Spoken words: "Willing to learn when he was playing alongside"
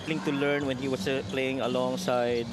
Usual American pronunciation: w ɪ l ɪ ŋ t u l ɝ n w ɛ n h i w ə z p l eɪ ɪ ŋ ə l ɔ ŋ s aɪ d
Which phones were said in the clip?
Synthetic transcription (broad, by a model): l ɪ ŋ t u l ɝ n w ɛ n h i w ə s p l eɪ ɪ ŋ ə l ɔ ŋ s aɪ d